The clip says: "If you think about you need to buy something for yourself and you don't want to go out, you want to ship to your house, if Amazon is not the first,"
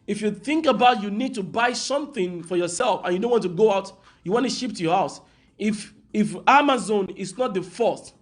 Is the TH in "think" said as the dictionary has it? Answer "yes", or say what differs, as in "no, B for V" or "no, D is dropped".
yes